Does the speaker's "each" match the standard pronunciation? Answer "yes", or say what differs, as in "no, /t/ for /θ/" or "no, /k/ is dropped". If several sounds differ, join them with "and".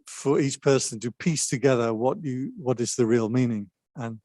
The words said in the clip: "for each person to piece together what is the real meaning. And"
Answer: yes